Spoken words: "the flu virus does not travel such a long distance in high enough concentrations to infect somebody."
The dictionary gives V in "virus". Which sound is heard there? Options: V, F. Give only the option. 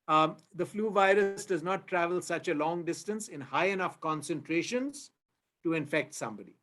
V